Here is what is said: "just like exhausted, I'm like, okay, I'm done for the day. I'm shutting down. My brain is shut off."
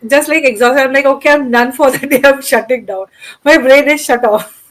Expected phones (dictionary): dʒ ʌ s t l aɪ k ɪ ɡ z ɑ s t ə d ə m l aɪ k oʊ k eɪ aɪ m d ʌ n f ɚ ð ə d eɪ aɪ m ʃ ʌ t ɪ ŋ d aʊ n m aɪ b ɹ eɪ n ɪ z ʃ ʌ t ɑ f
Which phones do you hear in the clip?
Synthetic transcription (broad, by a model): dʒ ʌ s t l aɪ k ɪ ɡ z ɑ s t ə ə m l aɪ k oʊ k eɪ aɪ m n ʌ n f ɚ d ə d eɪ aɪ m ʃ ʌ t ɪ ŋ d aʊ n m aɪ b ɹ eɪ n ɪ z ʃ ʌ t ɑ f